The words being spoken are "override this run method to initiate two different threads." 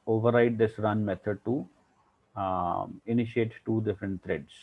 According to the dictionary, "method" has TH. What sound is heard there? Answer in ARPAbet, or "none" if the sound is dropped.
T